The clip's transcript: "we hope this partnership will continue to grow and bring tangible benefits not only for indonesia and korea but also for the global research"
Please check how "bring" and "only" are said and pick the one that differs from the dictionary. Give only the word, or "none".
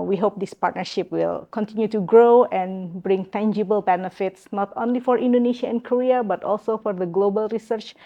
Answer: none